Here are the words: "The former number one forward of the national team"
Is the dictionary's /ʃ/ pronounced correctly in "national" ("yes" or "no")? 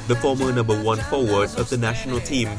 yes